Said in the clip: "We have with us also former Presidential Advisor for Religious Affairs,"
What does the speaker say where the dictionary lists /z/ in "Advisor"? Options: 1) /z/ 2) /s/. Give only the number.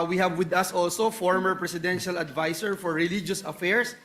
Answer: 2